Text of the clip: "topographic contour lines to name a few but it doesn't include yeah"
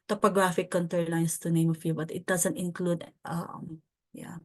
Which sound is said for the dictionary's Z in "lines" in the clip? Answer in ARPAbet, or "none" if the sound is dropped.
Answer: S